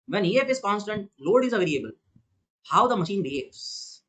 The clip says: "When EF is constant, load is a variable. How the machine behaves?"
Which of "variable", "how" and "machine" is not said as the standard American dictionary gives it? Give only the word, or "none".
variable